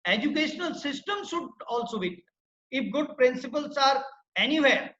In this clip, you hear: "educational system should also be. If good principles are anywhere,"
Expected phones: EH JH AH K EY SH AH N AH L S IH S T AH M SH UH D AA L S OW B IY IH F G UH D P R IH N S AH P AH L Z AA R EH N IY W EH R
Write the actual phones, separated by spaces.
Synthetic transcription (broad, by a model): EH JH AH K EY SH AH N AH L S IH S T AH M S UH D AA L S OW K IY IH F G UH D P R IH N S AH P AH L S AA R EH N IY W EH R